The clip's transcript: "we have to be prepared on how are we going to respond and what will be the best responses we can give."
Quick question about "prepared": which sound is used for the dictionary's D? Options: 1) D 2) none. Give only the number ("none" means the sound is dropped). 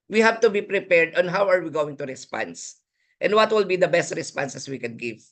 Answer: 1